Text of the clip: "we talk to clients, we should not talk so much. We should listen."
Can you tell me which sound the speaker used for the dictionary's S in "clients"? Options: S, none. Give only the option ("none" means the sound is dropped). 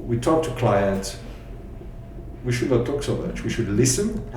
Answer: none